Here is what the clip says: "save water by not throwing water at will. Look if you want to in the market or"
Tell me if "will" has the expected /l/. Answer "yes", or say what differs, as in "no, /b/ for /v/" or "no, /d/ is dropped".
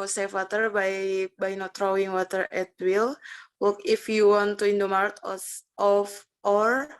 yes